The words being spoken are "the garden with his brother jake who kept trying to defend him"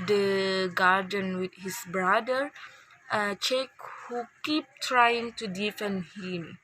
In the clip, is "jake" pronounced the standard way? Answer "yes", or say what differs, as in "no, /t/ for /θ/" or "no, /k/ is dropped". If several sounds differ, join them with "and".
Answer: no, /tʃ/ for /dʒ/